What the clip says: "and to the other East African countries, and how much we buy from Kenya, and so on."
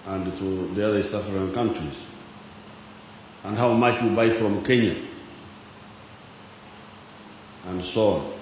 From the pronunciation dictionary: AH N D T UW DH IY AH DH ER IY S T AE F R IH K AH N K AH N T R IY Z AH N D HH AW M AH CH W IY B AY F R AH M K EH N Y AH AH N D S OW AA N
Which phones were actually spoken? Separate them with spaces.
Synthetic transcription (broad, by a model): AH N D T UW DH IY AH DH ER S AA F R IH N K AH N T R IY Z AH N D HH AW M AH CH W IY B AY F R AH M K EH N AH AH N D S OW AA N